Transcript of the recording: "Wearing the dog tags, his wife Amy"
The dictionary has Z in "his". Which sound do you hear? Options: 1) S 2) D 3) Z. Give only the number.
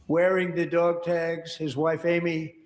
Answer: 3